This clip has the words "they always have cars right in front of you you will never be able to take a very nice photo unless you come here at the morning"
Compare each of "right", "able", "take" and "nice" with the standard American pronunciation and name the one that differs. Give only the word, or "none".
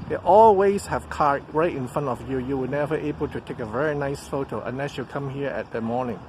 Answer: none